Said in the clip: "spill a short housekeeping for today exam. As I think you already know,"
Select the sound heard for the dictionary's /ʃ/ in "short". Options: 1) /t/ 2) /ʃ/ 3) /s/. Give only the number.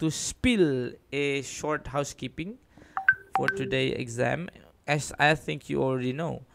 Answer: 2